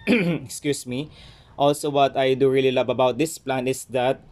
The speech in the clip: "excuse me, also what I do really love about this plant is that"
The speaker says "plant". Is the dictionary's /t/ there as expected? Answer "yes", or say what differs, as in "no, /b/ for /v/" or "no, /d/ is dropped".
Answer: no, /t/ is dropped